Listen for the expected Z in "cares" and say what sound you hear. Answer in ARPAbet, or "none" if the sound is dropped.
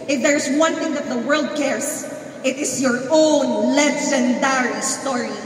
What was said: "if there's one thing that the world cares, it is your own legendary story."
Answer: S